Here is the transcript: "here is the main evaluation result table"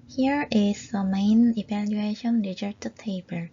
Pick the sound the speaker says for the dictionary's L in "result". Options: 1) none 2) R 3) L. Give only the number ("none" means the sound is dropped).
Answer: 1